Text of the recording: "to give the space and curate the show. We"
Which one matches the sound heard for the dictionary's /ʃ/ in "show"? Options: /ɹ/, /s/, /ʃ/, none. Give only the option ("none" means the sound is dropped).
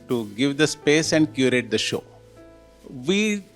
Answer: /ʃ/